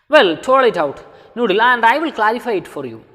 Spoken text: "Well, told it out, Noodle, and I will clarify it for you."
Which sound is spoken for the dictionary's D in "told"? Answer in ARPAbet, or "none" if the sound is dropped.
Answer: none